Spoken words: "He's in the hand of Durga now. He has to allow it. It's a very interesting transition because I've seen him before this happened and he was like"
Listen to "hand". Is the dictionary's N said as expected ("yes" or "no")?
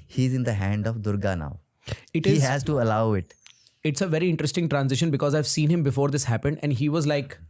yes